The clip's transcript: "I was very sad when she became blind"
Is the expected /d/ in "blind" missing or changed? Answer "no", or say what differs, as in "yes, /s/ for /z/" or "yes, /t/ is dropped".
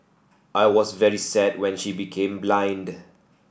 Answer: no